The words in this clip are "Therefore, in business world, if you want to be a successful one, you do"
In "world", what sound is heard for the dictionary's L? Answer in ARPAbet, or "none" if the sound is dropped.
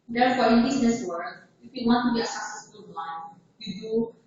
none